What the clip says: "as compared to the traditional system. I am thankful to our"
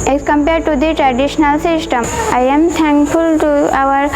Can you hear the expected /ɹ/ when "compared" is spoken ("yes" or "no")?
yes